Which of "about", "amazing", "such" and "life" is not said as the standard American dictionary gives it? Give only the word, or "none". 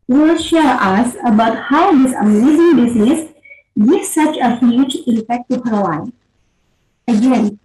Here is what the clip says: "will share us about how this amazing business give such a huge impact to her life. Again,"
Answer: life